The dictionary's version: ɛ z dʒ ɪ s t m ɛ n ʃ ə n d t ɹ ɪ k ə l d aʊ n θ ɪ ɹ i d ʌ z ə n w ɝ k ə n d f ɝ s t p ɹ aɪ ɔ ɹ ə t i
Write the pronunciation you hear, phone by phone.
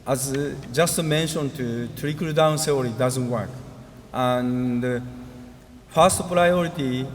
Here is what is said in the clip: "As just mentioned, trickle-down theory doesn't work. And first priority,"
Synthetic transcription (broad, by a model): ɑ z dʒ ɪ s t m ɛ n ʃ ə n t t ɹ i k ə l d aʊ n s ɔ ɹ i d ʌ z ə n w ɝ k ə n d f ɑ s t p ɹ aɪ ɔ ɹ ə t i